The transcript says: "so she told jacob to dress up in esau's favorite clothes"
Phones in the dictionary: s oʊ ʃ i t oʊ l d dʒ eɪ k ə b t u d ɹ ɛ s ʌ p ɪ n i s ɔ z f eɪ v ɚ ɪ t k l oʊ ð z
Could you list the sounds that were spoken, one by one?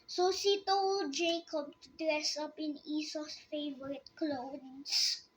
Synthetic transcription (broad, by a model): s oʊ s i t oʊ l dʒ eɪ k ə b t u d ɹ ɛ s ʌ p ɪ n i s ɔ s f eɪ v ɚ ɪ t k l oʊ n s